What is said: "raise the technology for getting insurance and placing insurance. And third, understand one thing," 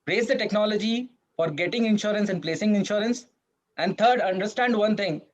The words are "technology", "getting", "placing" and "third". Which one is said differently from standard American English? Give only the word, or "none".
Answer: third